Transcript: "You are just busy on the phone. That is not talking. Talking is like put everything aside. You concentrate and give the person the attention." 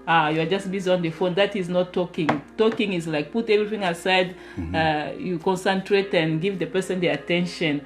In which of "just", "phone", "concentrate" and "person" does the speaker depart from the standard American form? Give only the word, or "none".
none